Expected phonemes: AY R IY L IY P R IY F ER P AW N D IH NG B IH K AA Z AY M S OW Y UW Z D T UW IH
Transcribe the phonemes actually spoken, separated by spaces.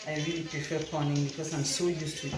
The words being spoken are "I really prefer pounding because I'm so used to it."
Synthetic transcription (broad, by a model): AY R IY L IY P R IY F ER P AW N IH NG B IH K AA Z AY M S OW Y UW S T UW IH